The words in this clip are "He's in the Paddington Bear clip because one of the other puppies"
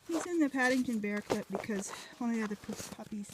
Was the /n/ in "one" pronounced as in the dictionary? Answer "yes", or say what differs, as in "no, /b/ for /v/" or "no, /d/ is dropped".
no, /n/ is dropped